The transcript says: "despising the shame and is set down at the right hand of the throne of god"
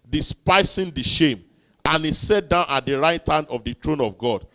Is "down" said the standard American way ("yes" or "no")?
yes